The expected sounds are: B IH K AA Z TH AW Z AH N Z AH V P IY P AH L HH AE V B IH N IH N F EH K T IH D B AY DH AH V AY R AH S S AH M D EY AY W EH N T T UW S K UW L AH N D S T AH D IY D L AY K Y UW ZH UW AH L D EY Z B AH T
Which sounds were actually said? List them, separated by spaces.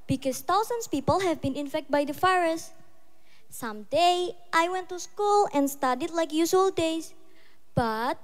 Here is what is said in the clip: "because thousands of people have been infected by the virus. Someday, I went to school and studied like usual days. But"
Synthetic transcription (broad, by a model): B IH K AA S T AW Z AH N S P IY P AH L HH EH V B IH N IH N F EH K T B AY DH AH F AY R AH S S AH M D EY AY W EH N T T UW S K UW L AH N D S T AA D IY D L AY K Y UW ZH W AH L D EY S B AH T